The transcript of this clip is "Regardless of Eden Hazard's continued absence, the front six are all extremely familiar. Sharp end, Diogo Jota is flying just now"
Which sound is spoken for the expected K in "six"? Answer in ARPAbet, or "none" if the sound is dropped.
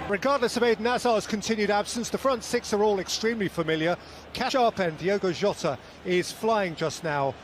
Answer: K